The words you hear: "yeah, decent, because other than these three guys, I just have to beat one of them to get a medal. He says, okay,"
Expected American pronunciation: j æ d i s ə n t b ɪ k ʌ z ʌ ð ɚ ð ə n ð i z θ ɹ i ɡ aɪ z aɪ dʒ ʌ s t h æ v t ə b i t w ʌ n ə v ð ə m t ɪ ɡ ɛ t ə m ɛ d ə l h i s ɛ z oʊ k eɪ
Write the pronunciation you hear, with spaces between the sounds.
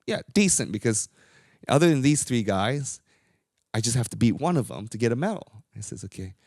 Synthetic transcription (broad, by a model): j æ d i s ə n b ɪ k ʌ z ʌ ð ɚ ð ə n ð i z θ ɹ i ɡ aɪ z aɪ dʒ ʌ s t h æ f t ə b i t w ʌ n ə v ð ə m t ɪ ɡ ɛ t ə m ɛ d l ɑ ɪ s ɛ z oʊ k eɪ